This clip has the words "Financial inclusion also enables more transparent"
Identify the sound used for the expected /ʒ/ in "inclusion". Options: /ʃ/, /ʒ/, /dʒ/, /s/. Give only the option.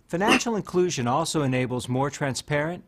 /ʒ/